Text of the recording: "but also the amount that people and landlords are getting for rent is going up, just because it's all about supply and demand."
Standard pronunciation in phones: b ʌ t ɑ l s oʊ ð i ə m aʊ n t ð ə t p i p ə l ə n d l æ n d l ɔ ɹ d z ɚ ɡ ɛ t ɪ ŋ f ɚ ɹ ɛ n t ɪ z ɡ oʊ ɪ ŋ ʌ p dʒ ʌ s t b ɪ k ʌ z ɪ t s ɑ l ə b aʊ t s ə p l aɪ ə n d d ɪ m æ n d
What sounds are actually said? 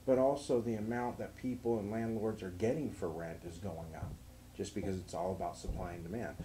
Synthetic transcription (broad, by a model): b ʌ t ɑ l s oʊ ð i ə m aʊ n ð ə t p i p l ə n l æ n d l ɔ ɹ d z ɚ ɡ ɛ t ɪ ŋ f ɚ ɹ ɛ n t ɪ z ɡ oʊ ɪ ŋ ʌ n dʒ ʌ s b ɪ k ʌ z ɪ t s ɑ l ə b aʊ t s ə p l aɪ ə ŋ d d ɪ m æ n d